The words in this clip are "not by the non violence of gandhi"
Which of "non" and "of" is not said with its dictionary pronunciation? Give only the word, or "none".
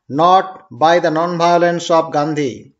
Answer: of